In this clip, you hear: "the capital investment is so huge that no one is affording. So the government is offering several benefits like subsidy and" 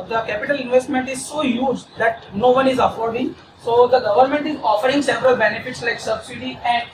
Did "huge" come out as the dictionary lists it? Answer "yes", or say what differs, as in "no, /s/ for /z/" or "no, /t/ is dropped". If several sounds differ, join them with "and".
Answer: yes